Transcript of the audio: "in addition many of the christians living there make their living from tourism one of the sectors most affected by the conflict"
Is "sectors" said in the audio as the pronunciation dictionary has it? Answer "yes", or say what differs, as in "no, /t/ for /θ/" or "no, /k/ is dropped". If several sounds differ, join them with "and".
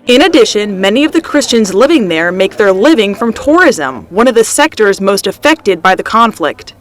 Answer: yes